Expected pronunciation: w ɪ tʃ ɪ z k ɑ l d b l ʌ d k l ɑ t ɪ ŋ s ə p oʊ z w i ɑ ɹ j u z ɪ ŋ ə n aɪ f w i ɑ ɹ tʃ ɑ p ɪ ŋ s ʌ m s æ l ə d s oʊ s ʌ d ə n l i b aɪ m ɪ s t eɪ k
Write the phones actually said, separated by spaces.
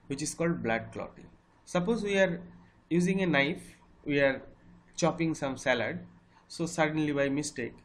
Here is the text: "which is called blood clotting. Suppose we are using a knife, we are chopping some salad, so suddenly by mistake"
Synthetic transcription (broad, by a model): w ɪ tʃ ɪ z k ɑ l d b l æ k l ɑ t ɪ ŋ s ə p oʊ z w i ɑ ɹ j u z ɪ ŋ ə n aɪ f w i ɑ ɹ tʃ ɑ p ɪ ŋ s ʌ m s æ l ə d s oʊ s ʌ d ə n l i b aɪ m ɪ s t eɪ k